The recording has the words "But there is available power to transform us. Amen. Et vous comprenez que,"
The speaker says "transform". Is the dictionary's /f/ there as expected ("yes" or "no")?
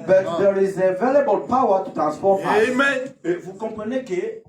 no